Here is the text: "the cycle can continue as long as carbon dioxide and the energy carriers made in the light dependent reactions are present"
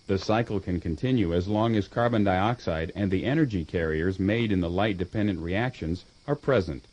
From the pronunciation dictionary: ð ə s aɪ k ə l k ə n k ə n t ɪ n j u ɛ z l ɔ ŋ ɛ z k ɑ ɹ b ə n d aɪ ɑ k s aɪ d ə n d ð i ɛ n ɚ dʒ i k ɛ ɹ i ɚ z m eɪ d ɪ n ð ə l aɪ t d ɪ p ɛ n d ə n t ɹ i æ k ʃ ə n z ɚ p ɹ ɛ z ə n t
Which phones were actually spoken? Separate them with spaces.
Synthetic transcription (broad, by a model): ð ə s aɪ k l k ə n k ə n t ɪ n j u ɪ z l ɔ ŋ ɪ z k ɑ ɹ b ə n d aɪ ɑ k s aɪ d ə n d ð i ɛ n ɚ dʒ i k ɛ ɹ i ɚ z m eɪ d ɪ n ð ə l aɪ t d ɪ p ɛ n d ə n t ɹ i æ k ʃ ə n z ɚ p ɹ ɛ z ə n t